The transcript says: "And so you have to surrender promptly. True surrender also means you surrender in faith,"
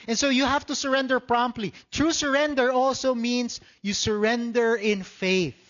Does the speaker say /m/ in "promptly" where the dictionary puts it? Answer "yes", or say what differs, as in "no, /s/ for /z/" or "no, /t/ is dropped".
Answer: yes